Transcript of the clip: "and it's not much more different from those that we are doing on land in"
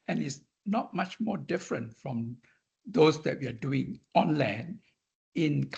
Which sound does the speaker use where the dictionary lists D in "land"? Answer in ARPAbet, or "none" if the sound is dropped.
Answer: none